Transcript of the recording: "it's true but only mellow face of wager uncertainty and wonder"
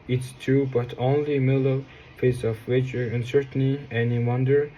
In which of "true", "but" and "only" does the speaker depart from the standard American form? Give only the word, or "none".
true